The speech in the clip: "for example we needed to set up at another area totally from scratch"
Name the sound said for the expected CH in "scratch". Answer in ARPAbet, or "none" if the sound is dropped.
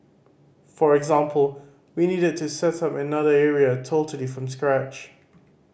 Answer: CH